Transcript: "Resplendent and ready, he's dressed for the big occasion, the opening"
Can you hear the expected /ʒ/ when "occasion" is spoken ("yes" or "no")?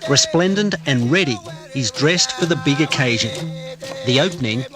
yes